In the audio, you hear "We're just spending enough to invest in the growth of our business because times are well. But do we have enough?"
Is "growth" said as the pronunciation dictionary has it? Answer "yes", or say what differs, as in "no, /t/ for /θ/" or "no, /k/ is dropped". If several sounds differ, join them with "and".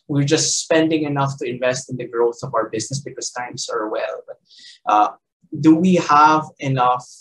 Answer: yes